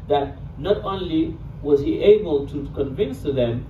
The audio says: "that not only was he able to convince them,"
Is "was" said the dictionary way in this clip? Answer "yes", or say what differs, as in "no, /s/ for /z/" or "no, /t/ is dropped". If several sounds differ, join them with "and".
yes